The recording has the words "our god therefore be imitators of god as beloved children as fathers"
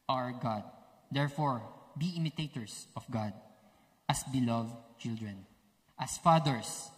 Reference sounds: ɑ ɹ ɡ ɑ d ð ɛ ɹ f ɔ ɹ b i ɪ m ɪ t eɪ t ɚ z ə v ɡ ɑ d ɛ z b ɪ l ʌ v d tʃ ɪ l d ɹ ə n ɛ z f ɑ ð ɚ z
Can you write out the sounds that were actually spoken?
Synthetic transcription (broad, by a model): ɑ ɹ ɡ ɑ d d ɛ ɹ f ɔ ɹ b i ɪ m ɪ t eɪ t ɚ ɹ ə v ɡ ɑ d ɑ s b ɪ l ʌ v d tʃ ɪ l d ɹ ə n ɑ s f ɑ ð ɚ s